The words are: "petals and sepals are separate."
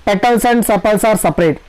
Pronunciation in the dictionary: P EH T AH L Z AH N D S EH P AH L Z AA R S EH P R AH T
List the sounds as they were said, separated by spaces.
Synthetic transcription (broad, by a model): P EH T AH L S AH N D S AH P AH L S AA R S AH P R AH T